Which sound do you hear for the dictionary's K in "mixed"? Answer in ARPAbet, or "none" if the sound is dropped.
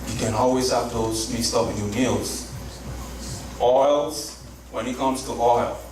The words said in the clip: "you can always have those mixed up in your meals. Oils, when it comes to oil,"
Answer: none